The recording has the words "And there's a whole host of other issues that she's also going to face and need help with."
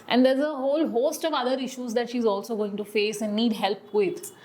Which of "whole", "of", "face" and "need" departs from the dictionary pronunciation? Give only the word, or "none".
none